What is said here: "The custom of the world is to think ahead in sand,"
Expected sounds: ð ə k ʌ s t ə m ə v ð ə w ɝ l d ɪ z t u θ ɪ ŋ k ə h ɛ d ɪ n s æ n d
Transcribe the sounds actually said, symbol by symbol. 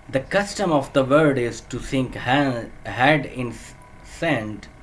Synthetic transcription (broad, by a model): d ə k ʌ s t ə m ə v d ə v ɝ d ɪ z t u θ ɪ ŋ k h h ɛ d ɪ n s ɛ n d